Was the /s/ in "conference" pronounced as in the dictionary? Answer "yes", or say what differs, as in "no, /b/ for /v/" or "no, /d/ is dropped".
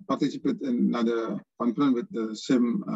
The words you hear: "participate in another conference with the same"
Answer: no, /s/ is dropped